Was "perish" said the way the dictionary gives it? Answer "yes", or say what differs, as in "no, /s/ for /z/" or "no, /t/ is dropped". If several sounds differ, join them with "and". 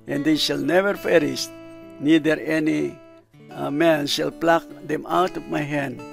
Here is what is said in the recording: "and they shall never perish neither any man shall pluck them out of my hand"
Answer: no, /f/ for /p/